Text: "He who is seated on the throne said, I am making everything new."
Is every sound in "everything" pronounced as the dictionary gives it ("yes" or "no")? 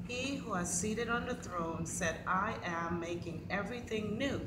yes